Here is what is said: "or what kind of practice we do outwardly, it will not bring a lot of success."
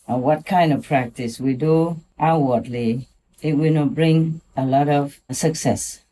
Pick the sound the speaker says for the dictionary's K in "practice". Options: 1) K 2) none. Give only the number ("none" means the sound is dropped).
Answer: 1